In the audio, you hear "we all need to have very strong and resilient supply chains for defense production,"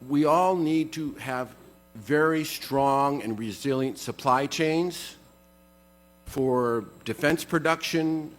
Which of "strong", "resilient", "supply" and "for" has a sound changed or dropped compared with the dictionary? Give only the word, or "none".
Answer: none